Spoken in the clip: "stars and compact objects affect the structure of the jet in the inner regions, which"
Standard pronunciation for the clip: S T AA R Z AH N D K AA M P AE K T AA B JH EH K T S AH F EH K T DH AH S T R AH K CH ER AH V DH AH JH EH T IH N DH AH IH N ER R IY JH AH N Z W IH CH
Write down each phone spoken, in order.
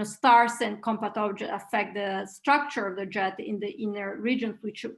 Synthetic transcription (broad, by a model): S T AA R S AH N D K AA M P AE T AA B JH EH T AH F EH K T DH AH S T R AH K CH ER AH V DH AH JH EH T IH N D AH IH N ER R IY JH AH N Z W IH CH